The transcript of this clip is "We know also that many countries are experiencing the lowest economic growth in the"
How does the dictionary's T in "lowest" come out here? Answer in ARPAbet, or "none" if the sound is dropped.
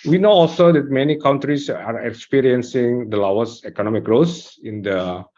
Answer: none